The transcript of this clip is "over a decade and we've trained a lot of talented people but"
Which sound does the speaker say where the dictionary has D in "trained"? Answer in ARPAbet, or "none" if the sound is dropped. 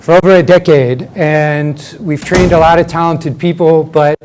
D